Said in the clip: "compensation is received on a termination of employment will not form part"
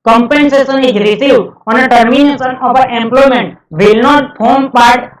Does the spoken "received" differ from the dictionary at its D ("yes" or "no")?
yes